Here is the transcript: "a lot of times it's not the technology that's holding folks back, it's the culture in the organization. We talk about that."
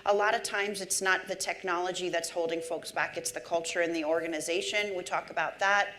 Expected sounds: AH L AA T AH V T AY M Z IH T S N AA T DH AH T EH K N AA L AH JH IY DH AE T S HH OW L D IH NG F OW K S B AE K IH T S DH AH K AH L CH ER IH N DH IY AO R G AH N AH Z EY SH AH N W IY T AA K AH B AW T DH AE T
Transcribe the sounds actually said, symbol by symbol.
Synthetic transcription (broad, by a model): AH L AA T AH V T AY M Z IH T S N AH T DH AH T EH K N AA L AH JH IY DH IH T S HH OW L D IH NG F OW K S B AE K IH T S DH AH K AH L CH ER IH N DH IY AO R G AH N AH Z EY SH AH N W IY T AA K AH B AW T DH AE T